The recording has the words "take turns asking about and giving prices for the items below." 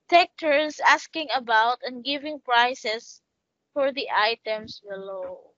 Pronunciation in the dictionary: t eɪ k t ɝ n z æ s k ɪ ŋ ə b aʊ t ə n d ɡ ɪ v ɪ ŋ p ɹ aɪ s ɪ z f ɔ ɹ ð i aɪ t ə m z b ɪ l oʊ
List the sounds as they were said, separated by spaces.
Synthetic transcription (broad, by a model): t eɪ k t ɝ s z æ s k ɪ ŋ ə b aʊ t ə n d ɡ ɪ v ɪ ŋ p ɹ aɪ s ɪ s f ɔ ɹ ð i aɪ t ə m s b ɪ l oʊ